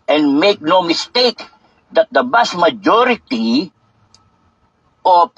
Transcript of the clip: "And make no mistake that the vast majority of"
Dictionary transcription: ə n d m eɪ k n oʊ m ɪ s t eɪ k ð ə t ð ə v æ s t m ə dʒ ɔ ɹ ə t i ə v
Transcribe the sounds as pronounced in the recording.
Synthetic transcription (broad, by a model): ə n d m eɪ k n oʊ m ɪ s t eɪ k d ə t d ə b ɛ s m ə dʒ ɔ ɹ ə t i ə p